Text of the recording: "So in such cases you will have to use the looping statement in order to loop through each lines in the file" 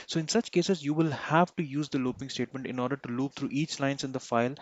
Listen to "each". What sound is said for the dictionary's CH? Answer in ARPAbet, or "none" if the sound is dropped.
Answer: CH